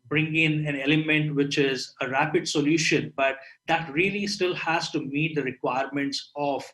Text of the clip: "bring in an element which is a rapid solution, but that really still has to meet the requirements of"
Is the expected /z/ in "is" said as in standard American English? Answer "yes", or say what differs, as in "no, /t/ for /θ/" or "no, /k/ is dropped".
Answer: yes